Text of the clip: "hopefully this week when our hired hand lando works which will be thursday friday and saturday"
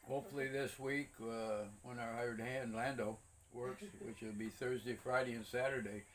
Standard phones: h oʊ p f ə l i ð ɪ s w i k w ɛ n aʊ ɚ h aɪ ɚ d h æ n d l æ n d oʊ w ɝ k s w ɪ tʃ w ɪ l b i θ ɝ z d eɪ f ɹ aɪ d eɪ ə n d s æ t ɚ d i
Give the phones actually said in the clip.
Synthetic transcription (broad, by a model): h oʊ p f l i ð ɪ s w i k w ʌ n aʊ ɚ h aɪ ɚ d h æ n d l æ n d oʊ w ɝ k s w ɪ tʃ w ɪ l b i θ ɝ z d eɪ f ɹ aɪ d eɪ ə n s æ t ɚ d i